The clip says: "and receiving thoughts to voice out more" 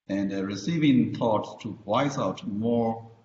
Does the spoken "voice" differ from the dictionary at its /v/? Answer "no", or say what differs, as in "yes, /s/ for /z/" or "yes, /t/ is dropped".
yes, /w/ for /v/